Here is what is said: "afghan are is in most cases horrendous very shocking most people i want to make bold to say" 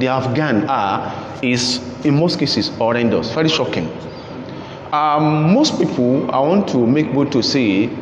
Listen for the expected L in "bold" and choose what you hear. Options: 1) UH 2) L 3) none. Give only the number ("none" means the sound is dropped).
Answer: 3